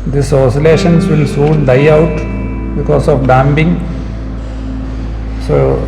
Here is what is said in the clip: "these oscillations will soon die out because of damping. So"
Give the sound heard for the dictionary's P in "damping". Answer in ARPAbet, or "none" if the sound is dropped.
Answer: B